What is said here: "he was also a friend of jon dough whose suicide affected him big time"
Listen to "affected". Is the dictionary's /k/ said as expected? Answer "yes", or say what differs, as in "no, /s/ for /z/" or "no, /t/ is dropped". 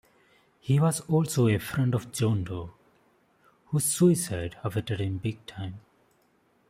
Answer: no, /k/ is dropped